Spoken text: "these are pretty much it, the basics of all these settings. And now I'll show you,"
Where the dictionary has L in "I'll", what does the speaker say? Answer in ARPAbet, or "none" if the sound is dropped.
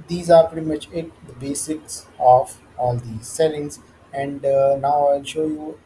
L